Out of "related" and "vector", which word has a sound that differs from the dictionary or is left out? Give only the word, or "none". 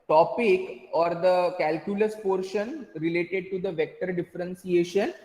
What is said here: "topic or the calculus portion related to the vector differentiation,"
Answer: none